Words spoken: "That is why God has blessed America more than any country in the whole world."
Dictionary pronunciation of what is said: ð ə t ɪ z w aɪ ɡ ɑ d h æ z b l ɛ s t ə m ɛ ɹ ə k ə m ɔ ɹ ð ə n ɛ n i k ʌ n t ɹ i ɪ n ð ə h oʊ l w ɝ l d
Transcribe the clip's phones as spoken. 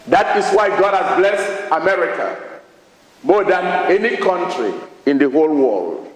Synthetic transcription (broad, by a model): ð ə t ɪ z w aɪ ɡ ɑ d h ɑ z b l ɛ s t ə m ɛ ɹ ə k ə m ɔ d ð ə n ɛ n i k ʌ n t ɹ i ɪ n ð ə h oʊ l w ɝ l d